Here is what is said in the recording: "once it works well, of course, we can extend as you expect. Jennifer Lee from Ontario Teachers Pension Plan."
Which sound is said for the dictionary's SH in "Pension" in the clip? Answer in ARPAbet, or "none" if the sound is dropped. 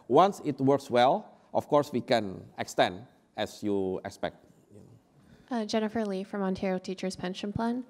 SH